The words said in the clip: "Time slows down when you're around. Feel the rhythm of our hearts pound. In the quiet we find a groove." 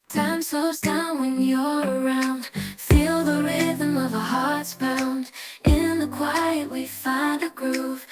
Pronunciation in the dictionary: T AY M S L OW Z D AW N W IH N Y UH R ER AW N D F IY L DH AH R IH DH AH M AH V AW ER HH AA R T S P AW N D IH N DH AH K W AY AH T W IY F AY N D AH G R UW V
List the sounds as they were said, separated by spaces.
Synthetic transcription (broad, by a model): T AY M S OW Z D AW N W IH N Y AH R ER AW N D F IY L DH AH R IH DH AH M AH V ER HH AA R T S B AW N D IH N DH AH K W AY AH T W IY F AY N D AH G R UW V